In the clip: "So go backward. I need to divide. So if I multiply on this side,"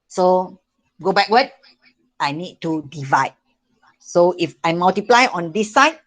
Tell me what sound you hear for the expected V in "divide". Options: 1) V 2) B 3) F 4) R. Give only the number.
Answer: 1